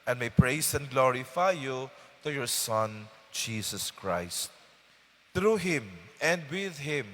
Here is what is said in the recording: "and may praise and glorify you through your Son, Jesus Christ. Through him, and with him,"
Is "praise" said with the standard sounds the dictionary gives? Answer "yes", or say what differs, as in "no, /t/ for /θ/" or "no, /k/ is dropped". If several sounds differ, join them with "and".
no, /s/ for /z/